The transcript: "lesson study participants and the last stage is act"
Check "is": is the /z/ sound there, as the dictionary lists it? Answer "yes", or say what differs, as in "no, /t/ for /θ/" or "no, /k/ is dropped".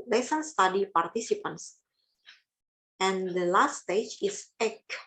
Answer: no, /s/ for /z/